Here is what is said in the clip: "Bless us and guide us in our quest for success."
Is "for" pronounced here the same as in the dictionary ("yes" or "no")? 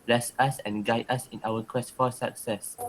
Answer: no